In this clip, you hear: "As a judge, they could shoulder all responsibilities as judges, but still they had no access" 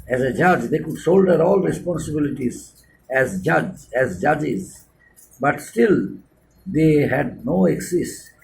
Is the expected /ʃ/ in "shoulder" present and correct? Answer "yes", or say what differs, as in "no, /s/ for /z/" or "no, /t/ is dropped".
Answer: no, /s/ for /ʃ/